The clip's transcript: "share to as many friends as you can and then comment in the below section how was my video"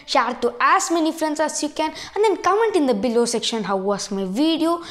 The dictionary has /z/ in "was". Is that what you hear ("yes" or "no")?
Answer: no